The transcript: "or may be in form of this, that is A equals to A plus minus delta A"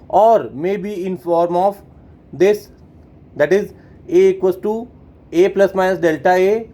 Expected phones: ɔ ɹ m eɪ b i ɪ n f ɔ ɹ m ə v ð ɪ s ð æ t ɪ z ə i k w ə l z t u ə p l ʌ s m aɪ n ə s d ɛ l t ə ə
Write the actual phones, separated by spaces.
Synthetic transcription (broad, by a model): ɔ ɹ m eɪ b i ɪ n f ɔ ɹ m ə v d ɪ s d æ t ɪ z ə k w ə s t u ə p l ʌ s m aɪ n ə s d ɛ l t ə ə